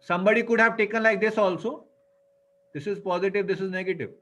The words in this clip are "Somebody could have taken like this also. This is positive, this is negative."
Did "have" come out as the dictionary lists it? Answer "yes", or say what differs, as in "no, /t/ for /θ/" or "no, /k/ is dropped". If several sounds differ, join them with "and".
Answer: yes